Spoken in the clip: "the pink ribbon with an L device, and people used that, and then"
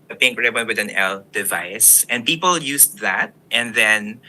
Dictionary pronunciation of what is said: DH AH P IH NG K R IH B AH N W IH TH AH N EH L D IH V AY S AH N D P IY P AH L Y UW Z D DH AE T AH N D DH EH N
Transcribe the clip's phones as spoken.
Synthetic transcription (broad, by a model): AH P IH NG K R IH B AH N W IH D AH N EH L D IH V AY S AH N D P IY P AH L Y UW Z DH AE T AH N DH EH N